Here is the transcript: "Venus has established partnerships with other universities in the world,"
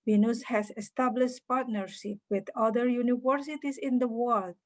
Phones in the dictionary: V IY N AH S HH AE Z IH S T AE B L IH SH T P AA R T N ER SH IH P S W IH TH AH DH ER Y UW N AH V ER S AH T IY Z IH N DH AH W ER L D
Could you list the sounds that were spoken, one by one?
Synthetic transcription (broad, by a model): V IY N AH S HH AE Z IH S T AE B L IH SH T P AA R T N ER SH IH P W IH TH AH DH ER Y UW N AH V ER S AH T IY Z IH N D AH W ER L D